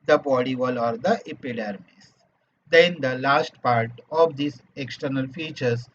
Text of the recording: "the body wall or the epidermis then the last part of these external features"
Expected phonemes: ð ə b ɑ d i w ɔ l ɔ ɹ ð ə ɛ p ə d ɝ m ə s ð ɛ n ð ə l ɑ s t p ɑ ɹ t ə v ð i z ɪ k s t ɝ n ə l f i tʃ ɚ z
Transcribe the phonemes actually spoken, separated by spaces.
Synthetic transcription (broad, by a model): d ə b ɑ d i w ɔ l ɔ ɹ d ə ɛ p ə d ɝ m ə s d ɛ n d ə l ɑ s t p ɑ ɹ t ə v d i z ɪ k s t ɝ n ə l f i tʃ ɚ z